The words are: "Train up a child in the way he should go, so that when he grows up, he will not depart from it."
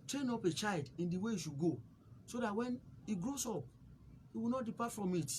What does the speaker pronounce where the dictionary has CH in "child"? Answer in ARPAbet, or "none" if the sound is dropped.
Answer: CH